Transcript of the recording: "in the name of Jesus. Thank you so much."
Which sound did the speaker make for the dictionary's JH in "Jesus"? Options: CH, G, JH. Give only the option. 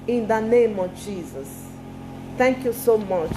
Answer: JH